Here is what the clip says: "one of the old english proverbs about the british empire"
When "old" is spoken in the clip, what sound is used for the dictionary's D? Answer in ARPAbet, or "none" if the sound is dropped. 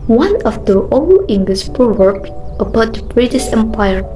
none